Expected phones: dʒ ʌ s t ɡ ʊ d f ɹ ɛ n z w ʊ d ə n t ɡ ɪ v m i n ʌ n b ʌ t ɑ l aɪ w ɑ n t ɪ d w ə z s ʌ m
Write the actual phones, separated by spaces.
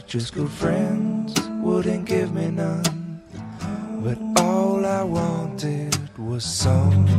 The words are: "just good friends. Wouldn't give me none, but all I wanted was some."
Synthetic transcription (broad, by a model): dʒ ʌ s ɡ ʊ d f ɹ ɛ n z w ʊ d n ɡ ɪ v m i n ʌ n b ʌ t ɑ l aɪ w ɑ n t ɪ d w ə z s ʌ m